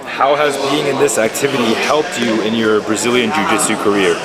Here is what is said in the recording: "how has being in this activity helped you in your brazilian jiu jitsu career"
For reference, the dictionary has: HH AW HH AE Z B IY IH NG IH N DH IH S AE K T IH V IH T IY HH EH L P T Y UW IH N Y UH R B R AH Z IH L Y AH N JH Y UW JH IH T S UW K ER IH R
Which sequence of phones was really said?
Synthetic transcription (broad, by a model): HH AW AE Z B IY IH NG IH N DH IH S AE K T IH V IH T IY HH EH L P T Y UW IH N Y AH R B R AH Z IH L Y AH N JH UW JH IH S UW K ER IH R